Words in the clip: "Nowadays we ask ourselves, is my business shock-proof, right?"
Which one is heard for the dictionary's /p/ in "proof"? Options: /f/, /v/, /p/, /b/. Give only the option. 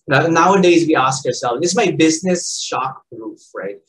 /b/